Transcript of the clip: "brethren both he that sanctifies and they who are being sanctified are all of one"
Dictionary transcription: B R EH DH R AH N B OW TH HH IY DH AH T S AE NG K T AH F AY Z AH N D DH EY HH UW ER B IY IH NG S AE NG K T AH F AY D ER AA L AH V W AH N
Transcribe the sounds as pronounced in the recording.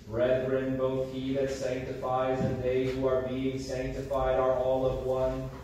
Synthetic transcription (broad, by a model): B R EH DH R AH N B OW TH HH IY DH AH T S AE NG K T AH F AY Z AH N DH EY HH UW ER B IY IH NG S AE NG K T AH F AY D ER AA L AH V W AH N